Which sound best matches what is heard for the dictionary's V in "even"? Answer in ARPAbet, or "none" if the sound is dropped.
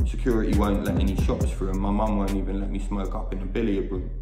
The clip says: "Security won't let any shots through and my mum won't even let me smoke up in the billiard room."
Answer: V